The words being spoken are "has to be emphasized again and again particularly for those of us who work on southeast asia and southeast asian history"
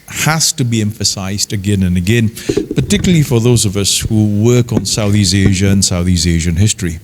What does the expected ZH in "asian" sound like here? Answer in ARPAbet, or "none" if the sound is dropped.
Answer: ZH